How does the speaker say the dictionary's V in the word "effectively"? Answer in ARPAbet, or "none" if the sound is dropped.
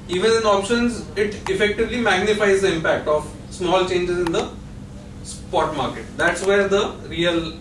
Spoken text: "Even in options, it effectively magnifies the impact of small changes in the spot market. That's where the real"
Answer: V